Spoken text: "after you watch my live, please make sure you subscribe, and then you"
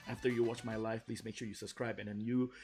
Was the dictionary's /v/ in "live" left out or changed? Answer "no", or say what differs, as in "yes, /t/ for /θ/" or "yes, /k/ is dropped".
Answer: yes, /f/ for /v/